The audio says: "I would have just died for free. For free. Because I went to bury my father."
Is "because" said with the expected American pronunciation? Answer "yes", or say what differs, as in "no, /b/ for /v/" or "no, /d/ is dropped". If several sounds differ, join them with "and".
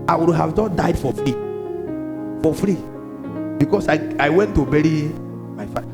no, /s/ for /z/